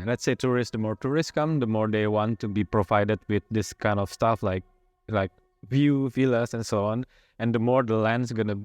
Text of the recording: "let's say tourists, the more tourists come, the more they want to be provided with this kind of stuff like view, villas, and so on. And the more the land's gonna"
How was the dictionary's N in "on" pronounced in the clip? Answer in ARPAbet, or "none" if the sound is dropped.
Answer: N